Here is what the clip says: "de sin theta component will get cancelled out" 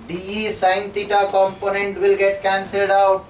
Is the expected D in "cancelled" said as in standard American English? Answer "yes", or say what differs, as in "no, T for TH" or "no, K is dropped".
yes